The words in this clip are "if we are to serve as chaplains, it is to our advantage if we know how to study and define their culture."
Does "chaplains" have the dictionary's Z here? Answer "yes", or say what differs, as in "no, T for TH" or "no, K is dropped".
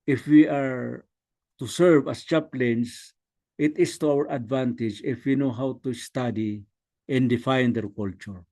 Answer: no, S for Z